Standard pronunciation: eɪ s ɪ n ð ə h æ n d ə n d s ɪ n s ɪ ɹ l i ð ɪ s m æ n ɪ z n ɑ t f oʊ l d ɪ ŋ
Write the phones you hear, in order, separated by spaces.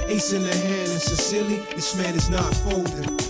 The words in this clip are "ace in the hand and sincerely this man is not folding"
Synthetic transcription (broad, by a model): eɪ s ɪ n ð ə h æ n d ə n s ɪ s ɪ l i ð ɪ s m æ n ɪ z n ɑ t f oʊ l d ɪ